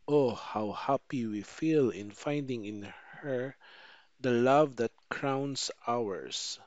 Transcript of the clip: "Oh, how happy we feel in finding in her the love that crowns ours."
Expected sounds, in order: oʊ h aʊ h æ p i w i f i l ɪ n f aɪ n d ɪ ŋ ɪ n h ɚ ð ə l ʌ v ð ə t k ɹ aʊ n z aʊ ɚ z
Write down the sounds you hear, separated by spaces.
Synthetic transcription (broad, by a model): oʊ h aʊ h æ p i w i f i l ɪ n f aɪ n d ɪ ŋ ɪ n h ɚ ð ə l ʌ v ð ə t k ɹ aʊ n s aʊ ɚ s